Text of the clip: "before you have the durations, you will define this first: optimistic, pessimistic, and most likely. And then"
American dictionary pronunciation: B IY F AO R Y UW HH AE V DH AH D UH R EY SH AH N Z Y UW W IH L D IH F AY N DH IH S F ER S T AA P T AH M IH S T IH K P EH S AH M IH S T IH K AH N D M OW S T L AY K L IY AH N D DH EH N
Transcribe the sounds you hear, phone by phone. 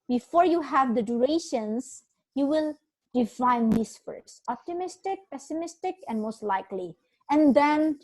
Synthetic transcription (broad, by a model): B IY F AO R Y UW HH AE V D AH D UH R EY SH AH N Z Y UW W IH L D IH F AY N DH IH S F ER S AA P T AH M IH S T IH K P EH S AH M IH S T IH K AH N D M OW S T L AY K L IY AH N D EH N